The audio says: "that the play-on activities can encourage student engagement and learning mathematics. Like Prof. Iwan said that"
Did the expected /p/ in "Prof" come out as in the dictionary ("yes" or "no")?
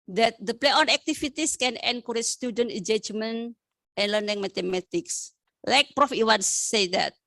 yes